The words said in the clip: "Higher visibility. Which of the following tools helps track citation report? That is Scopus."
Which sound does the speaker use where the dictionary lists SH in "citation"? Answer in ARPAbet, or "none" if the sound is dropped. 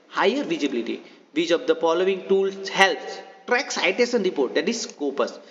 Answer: S